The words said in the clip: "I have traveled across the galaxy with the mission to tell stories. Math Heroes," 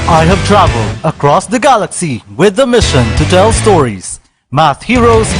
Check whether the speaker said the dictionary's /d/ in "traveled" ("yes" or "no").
yes